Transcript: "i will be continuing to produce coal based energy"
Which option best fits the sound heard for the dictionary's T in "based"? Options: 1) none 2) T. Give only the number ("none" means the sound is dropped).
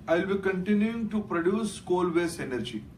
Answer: 1